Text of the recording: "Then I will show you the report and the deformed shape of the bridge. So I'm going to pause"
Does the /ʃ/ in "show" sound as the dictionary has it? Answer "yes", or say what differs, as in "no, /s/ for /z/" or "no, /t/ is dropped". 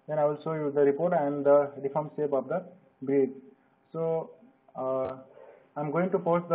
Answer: no, /s/ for /ʃ/